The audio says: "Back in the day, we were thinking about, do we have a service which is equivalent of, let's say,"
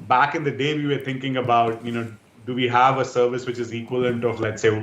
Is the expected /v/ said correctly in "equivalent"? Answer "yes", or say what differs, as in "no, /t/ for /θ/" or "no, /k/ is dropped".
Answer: no, /v/ is dropped